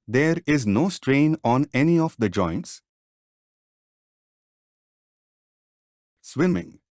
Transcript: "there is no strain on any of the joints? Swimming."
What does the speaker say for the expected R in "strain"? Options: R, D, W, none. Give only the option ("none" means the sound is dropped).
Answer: R